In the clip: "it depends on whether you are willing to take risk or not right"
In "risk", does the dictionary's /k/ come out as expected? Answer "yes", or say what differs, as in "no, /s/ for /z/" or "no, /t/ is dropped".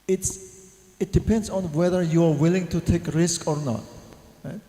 yes